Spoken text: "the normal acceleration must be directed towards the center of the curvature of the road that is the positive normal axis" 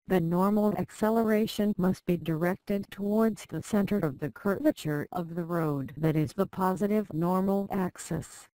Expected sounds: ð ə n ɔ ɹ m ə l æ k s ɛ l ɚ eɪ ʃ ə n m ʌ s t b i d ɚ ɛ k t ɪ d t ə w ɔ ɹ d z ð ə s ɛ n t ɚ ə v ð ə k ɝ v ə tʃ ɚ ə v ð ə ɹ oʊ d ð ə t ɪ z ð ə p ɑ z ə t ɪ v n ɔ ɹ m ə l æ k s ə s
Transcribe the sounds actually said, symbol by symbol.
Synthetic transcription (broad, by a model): ð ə n ɔ ɹ m l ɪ k s ɛ l ɚ eɪ ʃ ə n m ʌ s t b i d ɚ ɛ k t ɪ d t ə w ɔ ɹ d z ð ə s ɛ n t ɚ ə v ð ə k ɝ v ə tʃ ɚ ə v ð ə ɹ oʊ d ð ə t ɪ z ð ə p ɑ z ə t ɪ v n ɔ ɹ m l æ k s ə s